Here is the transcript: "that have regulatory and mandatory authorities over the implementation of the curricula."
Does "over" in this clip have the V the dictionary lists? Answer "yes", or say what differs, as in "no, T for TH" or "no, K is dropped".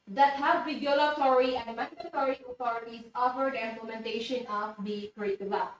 no, F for V